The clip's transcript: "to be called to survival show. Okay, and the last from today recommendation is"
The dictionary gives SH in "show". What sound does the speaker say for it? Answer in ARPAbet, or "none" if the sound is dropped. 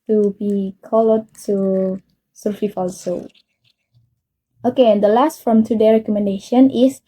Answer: S